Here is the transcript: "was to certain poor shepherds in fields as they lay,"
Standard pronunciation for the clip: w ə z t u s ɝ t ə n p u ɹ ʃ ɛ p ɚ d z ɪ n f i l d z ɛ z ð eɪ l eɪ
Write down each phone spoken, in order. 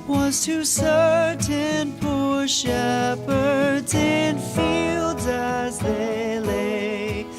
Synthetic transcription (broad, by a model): w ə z t u s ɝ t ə n p u ɹ ʃ ɛ p ɚ d z ɪ n f i l d z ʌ z ð eɪ l eɪ